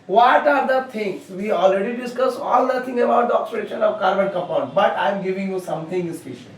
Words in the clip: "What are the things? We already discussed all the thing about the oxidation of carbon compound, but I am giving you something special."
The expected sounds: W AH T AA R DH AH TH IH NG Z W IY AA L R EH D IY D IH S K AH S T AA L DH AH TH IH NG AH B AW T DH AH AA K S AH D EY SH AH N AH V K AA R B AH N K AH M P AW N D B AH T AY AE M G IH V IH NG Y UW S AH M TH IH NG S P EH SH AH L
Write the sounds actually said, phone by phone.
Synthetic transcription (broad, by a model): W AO T AA R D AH T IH NG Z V IY AA L R EH D IY D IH S K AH S AA L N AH T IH NG AH B AW T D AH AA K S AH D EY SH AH N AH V K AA R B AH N K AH P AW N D B AH T AY M G IH V IH NG Y UW S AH M T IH NG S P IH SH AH